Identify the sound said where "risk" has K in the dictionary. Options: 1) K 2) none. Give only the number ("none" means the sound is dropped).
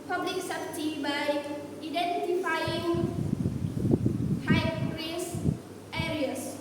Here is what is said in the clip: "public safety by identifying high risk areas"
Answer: 2